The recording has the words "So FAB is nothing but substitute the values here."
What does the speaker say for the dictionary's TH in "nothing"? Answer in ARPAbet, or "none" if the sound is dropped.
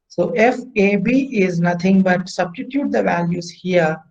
T